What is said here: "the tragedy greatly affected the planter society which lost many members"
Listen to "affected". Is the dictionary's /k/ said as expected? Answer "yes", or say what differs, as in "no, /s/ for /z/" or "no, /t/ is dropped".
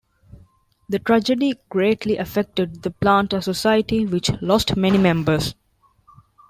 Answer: yes